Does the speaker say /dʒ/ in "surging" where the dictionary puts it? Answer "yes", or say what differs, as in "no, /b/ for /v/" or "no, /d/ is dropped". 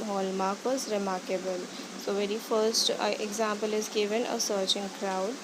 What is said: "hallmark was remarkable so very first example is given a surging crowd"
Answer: no, /tʃ/ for /dʒ/